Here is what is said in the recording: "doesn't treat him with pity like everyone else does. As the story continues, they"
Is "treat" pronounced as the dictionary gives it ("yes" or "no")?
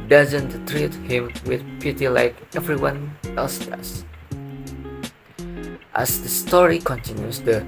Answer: yes